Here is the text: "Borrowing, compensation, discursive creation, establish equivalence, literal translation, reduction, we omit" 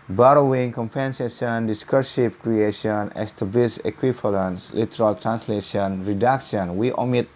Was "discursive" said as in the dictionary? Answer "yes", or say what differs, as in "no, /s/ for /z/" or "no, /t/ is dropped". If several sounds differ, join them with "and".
no, /p/ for /v/